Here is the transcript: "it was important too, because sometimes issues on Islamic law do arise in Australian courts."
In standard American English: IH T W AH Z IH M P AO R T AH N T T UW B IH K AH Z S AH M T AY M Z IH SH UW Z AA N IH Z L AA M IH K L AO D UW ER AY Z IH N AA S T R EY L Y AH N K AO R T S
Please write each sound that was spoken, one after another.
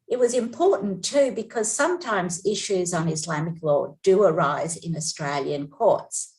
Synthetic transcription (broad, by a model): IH T W AH Z IH M P AO R T N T T UW B IH K AH Z S AH M T AY M Z IH SH UW Z N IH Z L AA M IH K L AO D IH ER AY Z IH N AA S T R EY L Y AH N K AO R T S